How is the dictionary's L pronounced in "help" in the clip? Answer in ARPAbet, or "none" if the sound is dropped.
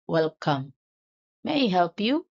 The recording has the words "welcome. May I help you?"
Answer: L